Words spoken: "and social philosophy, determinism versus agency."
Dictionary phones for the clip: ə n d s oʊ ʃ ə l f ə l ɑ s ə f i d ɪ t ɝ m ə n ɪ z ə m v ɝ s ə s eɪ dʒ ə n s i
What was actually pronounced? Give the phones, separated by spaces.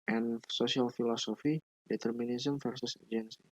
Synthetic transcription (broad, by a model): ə n s oʊ s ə l f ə l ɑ s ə f i d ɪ t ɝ m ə n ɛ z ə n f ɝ s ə s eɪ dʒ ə n s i